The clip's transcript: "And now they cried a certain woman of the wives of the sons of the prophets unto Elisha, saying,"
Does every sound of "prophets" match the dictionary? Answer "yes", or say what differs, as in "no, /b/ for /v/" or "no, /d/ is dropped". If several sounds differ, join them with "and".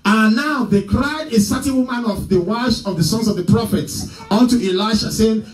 yes